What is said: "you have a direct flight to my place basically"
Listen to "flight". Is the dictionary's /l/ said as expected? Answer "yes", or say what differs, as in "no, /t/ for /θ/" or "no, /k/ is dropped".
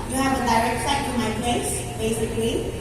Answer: no, /l/ is dropped